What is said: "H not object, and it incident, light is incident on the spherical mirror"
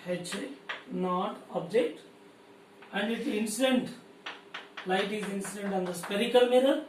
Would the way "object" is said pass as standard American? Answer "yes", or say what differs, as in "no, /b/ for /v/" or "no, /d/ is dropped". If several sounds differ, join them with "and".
yes